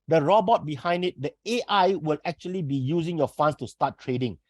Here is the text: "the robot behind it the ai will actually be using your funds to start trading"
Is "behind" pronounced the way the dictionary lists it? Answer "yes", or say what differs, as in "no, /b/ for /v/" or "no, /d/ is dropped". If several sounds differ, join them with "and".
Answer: yes